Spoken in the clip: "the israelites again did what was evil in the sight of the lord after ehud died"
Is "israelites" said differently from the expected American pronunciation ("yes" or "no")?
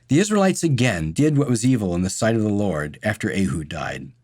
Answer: no